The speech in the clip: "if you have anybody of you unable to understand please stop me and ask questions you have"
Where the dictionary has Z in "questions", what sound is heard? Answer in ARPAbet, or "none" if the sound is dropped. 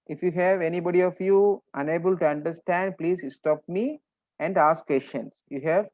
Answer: S